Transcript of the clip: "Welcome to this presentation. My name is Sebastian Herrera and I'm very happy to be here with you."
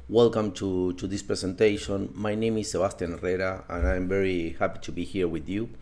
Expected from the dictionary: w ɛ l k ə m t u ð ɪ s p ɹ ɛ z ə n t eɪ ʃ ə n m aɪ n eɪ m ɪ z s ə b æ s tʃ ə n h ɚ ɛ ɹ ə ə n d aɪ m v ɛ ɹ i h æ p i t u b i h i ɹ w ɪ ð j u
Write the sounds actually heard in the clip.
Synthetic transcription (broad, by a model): w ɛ l k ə m t u ð ɪ s p ɹ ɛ s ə n t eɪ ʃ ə n m aɪ n eɪ m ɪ s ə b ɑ s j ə n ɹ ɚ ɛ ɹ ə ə n aɪ m v ɛ ɹ i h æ p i t u b i h i ɹ w ɪ ð j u